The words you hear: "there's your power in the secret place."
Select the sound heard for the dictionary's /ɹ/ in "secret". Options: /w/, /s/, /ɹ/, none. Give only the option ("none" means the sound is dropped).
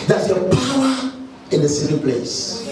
none